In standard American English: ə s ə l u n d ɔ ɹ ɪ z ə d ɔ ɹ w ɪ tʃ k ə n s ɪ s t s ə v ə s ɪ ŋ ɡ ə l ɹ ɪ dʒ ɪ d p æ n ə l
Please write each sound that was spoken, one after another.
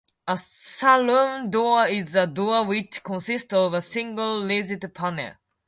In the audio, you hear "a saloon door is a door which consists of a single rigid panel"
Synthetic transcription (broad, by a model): ə s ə l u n d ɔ ɪ z ə d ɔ w ɪ tʃ k ə n s ɪ s t s ə v ə s ɪ ŋ ɡ ə l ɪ z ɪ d p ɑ n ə